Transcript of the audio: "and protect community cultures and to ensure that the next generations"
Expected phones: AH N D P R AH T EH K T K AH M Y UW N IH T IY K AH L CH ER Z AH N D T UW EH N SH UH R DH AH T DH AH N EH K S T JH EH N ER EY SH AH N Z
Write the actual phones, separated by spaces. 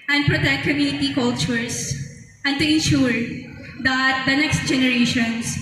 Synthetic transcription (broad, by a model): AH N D P R AH T EH K T K AH M Y UW N IH T IY K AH L CH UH S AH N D T UW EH N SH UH R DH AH T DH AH N EH K S T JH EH N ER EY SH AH N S